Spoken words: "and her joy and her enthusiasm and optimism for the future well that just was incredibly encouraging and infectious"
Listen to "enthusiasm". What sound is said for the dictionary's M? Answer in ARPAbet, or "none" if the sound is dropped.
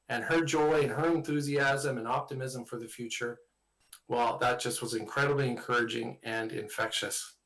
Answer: M